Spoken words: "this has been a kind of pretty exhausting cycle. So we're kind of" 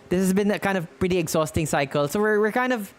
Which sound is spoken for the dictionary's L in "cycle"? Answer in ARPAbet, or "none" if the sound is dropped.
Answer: L